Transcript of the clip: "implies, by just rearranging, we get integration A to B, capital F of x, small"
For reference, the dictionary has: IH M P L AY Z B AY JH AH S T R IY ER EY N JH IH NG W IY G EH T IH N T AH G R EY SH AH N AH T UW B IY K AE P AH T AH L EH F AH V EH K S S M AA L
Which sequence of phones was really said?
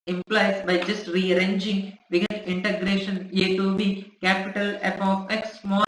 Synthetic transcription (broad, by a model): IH M P L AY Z B AY JH AH S T R IY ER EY N JH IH NG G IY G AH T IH N T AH G R EY SH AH N AH T UW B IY K AE P AH T AH L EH P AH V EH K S S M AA